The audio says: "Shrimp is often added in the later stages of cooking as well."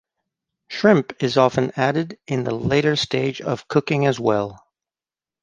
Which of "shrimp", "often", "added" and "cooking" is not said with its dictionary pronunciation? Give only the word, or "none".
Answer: none